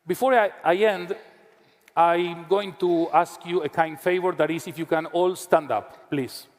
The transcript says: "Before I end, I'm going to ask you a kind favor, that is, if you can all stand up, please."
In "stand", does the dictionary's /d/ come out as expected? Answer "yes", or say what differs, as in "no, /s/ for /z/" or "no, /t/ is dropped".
yes